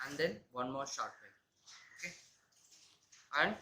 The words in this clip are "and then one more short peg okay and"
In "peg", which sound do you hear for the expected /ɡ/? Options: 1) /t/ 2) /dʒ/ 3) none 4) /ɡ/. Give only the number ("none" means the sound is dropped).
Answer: 3